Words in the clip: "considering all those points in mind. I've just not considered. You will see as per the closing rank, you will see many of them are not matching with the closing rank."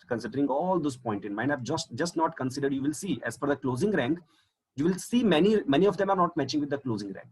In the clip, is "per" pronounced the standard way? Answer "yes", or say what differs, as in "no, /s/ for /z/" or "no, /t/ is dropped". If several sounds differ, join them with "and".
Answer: no, /f/ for /p/